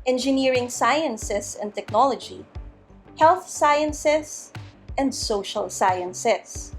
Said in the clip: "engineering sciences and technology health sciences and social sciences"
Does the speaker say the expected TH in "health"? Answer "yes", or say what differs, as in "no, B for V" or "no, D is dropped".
yes